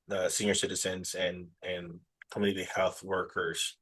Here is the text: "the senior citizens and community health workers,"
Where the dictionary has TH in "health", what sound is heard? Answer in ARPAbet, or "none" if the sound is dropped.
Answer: TH